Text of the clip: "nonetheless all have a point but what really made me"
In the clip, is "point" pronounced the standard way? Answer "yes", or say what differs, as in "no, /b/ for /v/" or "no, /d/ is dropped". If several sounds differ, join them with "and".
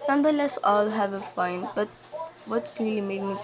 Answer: no, /f/ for /p/